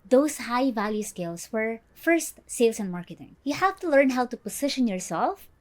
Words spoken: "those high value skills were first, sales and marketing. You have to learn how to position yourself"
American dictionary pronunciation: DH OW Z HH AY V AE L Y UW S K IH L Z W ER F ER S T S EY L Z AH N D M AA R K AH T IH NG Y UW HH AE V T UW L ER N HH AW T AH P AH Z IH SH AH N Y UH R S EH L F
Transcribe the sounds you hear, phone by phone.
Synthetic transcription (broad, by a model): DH OW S HH AY V AE L Y UW S K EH L S W ER F ER S T S EY L S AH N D M AA R K AH T IH NG Y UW HH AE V T UW L ER N HH AW T AH P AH S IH SH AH N Y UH R S EH L F